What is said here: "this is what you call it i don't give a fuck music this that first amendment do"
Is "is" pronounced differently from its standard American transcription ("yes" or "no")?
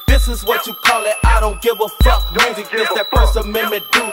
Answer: no